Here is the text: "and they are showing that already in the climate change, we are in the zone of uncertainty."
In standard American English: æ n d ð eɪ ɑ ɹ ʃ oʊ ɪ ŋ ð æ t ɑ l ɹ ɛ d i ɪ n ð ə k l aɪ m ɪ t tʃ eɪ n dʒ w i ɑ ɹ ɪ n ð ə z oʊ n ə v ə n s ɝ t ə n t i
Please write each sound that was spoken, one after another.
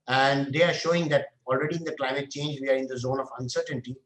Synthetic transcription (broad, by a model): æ n d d eɪ ɑ ɹ ʃ oʊ ɪ ŋ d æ t ɑ l ɹ ɛ d i ɪ n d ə k l aɪ m ɪ t tʃ eɪ n dʒ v i ɑ ɹ ɪ n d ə z oʊ n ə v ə n s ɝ t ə n t i